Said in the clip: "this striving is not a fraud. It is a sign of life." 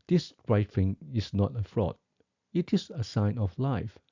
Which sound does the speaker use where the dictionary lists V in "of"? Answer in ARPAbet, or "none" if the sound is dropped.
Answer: F